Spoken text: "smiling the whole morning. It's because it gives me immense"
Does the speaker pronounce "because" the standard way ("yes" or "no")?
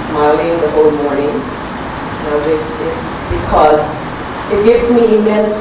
yes